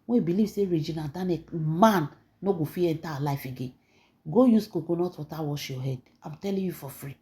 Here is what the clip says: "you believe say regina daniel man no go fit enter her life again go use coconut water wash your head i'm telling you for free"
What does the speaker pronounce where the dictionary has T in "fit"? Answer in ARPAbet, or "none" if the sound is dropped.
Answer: none